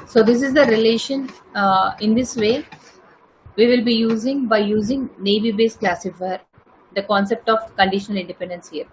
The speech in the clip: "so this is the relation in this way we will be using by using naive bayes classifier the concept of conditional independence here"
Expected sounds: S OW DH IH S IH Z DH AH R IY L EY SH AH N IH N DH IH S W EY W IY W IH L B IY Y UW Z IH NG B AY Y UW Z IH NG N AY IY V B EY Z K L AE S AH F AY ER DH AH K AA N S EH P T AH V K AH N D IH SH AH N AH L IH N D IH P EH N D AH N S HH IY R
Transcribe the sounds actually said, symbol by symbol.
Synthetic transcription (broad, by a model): S OW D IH S IH Z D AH R IY L EY SH AH N IH N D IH S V EY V IY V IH L B IY Y UW Z IH NG B AY Y UW Z IH NG N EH IY B EY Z K L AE S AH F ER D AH K AA N S EH P T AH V K AH N D IH SH AH N AH L IH N D IH P EH N D AH N S HH IY R